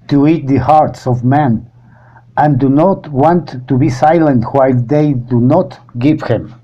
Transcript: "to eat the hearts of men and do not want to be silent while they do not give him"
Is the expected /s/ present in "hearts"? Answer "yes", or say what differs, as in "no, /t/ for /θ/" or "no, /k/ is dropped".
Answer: yes